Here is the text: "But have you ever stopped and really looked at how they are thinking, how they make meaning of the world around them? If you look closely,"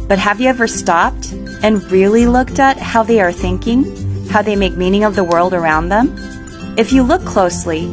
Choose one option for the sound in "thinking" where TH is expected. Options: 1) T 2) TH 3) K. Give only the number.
2